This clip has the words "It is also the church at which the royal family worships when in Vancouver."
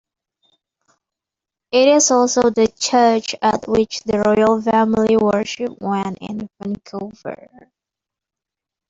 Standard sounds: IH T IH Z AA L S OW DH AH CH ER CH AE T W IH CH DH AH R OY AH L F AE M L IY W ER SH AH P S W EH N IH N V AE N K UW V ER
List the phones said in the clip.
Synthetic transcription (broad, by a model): IH T IH Z AA L S OW DH AH CH ER CH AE T W IH CH DH AH R OY AH L F AE M L IY W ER SH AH P W EH N IH N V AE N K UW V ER